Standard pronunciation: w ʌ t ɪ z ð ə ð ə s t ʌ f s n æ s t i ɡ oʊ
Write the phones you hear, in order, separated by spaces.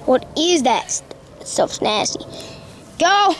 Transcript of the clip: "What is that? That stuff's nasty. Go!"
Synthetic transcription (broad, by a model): w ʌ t ɪ z ð ə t s s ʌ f s n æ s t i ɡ oʊ